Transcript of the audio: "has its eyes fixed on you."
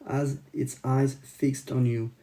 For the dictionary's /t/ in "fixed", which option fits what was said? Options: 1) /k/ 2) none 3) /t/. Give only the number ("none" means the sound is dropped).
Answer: 3